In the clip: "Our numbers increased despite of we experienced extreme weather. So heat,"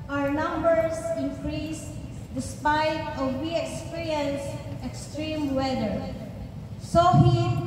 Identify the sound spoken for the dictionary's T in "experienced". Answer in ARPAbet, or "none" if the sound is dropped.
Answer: none